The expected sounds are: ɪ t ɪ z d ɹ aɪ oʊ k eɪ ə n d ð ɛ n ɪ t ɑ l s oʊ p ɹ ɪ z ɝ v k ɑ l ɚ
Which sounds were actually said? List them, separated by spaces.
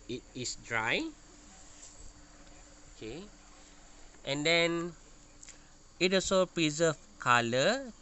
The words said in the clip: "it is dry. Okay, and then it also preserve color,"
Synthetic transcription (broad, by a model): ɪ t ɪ s d ɹ aɪ oʊ k eɪ ə n d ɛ n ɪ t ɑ s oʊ p ɹ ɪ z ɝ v k ɑ l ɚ